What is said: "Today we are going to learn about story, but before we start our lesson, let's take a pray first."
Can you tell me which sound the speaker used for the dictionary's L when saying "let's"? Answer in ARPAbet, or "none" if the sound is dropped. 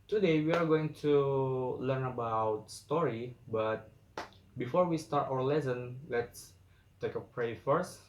L